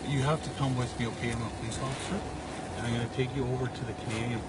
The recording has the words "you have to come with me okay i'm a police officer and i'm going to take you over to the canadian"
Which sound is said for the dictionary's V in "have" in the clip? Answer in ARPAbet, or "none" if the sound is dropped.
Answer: F